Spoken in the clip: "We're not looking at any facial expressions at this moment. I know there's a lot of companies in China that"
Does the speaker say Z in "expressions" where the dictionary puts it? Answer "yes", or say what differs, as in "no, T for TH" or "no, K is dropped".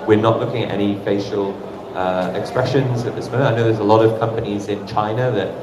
yes